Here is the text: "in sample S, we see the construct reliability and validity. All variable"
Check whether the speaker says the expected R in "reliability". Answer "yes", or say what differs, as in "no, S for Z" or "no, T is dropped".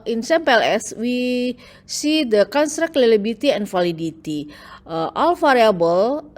no, L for R